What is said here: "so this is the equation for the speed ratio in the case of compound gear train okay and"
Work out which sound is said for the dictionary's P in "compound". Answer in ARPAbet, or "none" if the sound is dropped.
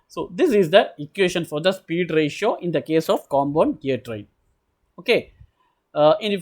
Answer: B